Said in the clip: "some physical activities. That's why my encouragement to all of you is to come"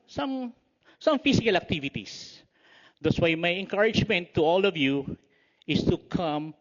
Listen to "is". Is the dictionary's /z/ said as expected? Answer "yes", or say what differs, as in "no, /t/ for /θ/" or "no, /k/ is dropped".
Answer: no, /s/ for /z/